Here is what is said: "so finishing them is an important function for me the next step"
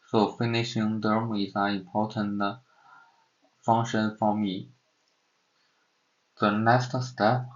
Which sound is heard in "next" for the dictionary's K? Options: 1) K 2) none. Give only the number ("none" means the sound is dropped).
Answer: 2